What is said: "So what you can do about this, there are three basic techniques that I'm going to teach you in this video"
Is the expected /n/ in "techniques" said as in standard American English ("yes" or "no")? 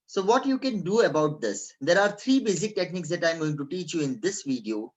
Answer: yes